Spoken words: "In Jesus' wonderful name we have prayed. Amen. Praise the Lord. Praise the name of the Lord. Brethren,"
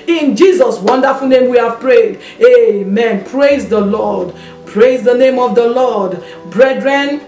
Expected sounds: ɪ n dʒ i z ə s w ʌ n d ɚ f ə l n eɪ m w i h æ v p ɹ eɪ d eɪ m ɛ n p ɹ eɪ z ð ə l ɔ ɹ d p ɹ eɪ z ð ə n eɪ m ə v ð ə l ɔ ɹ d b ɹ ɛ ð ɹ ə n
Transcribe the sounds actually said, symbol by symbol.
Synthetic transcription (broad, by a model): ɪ n dʒ i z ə s w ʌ n d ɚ f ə l n eɪ m w i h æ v p ɹ eɪ d eɪ m ɛ n p ɹ eɪ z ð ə l ɔ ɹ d p ɹ eɪ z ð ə n eɪ m ə v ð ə l ɔ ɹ d b ɹ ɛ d ɹ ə n